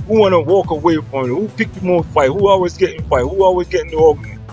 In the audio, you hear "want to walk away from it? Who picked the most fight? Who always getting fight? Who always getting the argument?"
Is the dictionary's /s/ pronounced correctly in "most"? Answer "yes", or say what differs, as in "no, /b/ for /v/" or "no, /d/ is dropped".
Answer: no, /s/ is dropped